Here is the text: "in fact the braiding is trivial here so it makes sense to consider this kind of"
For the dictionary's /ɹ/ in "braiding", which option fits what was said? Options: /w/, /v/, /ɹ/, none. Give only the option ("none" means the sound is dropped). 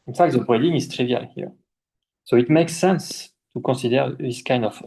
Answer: none